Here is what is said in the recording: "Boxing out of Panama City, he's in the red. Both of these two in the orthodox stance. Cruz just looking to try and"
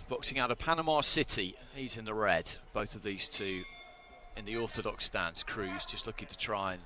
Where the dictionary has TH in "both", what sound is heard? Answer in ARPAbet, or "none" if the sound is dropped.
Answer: TH